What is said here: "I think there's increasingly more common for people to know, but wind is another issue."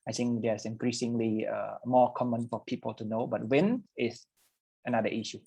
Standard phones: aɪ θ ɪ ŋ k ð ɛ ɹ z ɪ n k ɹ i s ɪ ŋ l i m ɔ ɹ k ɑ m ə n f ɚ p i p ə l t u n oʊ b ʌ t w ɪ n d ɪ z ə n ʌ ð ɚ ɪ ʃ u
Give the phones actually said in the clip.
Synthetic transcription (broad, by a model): aɪ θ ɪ ŋ k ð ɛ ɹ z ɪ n k ɹ i s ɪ ŋ l i m ɔ k ɑ m ə n f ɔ p i p ə l t u n oʊ b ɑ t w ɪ n ɪ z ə n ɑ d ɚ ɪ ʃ u